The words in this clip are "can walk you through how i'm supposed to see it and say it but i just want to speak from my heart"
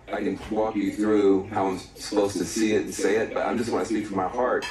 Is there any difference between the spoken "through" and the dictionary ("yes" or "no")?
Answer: no